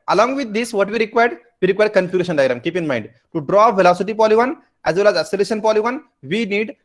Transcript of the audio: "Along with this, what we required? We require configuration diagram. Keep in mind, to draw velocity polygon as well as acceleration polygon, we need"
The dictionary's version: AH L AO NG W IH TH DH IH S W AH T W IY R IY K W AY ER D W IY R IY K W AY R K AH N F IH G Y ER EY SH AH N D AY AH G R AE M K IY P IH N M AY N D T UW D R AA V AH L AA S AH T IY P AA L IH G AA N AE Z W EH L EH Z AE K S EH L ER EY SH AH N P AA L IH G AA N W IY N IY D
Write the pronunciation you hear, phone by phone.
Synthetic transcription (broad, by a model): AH L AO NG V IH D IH S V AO T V IY R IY K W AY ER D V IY R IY K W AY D K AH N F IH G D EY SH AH N D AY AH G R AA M K IY P IH N M AY N D T UW D R AA V AH L AA S AH T IY P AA L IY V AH N AE Z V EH L EH Z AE S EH L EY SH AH N P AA L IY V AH N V IY N IY D